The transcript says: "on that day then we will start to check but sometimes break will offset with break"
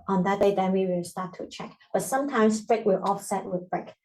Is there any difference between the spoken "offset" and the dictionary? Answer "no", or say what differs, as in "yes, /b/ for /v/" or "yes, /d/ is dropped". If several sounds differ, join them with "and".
no